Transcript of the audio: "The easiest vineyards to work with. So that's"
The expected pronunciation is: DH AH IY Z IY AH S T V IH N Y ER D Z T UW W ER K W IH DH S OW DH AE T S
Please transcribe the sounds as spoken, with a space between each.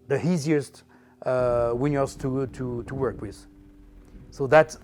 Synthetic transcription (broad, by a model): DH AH IY Z IY AH S T W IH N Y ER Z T T UW W ER K W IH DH S OW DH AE T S